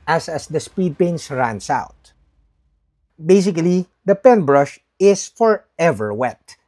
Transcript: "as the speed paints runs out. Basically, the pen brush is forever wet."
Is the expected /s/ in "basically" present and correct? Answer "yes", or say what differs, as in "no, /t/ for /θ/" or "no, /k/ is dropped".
yes